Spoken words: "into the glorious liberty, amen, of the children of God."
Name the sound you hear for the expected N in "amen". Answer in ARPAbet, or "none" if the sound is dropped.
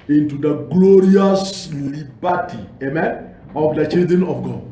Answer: N